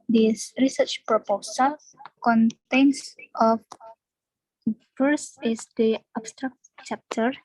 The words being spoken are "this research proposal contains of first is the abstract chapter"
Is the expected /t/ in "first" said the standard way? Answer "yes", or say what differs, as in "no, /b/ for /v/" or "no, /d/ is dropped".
no, /t/ is dropped